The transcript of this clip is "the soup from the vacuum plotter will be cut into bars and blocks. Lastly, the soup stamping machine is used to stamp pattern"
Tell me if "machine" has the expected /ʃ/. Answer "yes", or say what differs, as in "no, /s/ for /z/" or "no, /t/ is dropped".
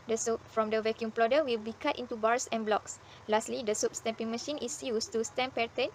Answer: yes